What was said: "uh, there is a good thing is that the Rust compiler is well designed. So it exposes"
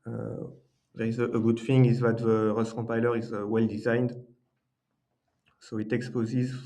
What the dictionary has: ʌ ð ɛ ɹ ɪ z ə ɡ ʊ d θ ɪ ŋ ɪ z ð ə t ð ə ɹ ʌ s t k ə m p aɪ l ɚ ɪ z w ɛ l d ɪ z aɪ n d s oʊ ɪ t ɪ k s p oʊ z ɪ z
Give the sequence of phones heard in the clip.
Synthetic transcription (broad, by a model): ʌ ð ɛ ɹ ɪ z ə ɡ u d f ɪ ŋ ɪ z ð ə t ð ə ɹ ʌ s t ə p aɪ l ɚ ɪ z w ɛ l d ɪ z aɪ n d s oʊ ɪ t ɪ k s p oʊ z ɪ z